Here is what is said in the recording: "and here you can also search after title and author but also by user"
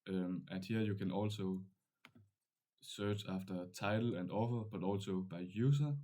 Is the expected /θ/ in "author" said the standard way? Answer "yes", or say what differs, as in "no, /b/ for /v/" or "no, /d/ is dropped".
no, /f/ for /θ/